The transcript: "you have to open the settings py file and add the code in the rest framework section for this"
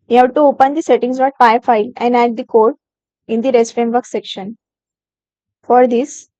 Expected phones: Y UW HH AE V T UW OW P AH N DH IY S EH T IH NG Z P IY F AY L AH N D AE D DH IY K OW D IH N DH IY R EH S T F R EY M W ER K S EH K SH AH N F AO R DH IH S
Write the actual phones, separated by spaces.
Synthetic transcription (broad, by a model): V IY HH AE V T UW OW P AH N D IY S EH T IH NG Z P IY F AY L AH N D AE D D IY K OW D IH N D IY R EH S T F R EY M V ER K S EH K SH AH N F AO R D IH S